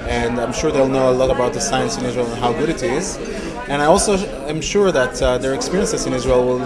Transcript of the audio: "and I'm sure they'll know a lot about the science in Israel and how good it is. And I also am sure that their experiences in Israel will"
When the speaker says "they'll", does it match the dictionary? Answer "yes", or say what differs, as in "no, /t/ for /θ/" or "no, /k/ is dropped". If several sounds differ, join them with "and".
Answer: yes